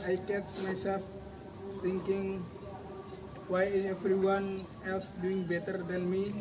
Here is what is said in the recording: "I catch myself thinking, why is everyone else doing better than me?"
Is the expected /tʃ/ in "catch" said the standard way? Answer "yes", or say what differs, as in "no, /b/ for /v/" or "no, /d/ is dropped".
no, /s/ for /tʃ/